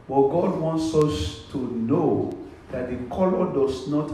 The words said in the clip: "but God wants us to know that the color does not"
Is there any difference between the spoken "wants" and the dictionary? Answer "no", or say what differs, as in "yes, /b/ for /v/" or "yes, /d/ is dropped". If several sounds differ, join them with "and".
no